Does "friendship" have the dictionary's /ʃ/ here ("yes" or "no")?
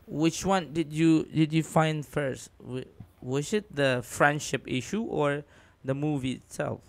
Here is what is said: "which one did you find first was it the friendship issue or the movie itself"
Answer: yes